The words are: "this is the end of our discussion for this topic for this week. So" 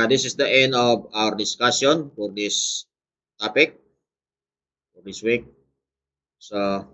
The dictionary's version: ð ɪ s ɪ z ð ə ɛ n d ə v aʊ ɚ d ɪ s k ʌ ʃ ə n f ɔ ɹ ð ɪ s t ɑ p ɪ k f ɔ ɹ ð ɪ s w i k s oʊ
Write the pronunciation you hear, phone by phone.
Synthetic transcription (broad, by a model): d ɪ s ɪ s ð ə ɛ n d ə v aʊ ɚ d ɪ s k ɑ s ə n f ɔ ɹ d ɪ s t ɑ p ɪ k f ɔ ɹ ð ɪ s w i k s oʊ